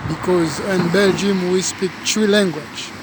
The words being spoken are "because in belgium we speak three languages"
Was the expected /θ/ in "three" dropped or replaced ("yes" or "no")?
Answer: yes